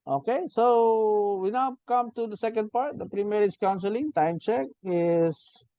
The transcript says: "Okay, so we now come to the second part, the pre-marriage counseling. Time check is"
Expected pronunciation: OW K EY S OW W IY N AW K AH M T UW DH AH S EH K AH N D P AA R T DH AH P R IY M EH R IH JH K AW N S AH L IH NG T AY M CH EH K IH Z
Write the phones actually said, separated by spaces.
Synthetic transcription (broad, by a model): OW K EY S OW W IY N AW K AH M T UW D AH S EH K AH N D P AA R T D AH P R IY M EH R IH Z K AW N S AH L IH NG T AY M CH EH K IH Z